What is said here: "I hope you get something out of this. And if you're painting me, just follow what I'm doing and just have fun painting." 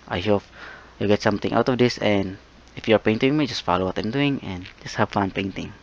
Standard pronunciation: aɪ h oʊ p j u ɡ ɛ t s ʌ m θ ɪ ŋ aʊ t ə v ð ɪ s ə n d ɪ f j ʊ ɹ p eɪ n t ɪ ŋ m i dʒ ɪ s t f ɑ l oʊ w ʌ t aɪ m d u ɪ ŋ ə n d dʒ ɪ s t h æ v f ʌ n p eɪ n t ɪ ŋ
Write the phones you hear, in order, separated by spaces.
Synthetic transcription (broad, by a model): aɪ h oʊ p j u ɡ ɛ t s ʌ m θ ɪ ŋ aʊ t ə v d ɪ s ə n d ɪ f j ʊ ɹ p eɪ n t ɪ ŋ m i dʒ ɪ s t f ɑ l oʊ w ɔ t aɪ m d u ɪ ŋ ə n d dʒ ɪ s t h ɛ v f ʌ n p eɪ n t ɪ ŋ